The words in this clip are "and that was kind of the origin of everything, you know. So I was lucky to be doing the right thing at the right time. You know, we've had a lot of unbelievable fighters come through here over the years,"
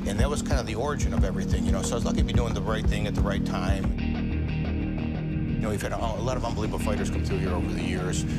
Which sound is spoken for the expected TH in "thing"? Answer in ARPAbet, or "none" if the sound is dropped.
TH